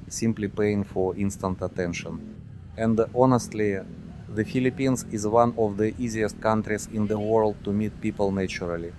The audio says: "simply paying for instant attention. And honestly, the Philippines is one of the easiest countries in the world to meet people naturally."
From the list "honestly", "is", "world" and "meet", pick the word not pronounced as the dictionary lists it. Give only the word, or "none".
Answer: none